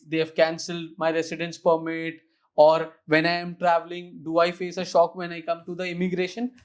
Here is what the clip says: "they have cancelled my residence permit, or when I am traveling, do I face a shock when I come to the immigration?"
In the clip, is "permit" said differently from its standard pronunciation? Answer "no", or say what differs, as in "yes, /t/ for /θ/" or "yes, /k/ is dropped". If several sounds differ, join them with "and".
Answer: no